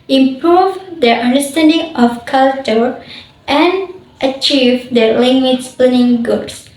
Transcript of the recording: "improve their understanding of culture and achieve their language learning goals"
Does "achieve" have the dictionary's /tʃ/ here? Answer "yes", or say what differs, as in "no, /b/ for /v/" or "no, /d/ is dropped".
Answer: yes